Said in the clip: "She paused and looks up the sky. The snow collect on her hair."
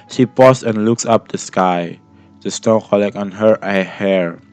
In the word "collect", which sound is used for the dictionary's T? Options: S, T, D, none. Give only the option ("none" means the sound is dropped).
none